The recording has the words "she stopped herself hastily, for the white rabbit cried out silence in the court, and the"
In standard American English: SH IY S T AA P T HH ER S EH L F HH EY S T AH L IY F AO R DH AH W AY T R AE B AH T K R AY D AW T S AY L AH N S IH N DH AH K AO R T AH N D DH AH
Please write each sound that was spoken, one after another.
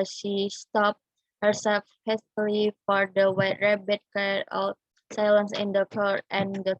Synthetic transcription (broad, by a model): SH IY S T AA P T HH ER S EH L F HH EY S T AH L IY F AO R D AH W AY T R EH B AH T K AY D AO S AY L AH N S IH N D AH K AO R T AH N D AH